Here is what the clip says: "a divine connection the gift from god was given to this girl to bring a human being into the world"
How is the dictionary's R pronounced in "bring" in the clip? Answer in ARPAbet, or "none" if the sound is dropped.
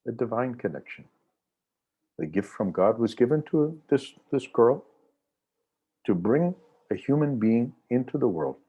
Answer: R